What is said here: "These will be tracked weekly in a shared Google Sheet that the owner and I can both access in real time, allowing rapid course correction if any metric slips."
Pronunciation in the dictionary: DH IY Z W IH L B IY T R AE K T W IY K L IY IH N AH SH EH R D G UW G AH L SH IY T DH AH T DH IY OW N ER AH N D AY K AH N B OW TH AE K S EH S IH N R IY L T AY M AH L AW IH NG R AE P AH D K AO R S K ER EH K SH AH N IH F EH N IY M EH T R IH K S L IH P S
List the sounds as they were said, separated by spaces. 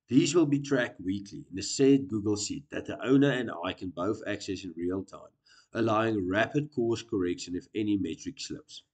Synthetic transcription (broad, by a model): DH IY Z W IH L B IY T R AE K T W IY K L IY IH N AH S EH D G UW G AH L S IY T DH AH T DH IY OW N ER AH N D AY K AH N B OW TH AE K S EH S IH N R IY L T AY M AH L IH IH NG R AE P AH D K AO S K ER EH K SH AH N IH F EH N IY M EH T R IH K S L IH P S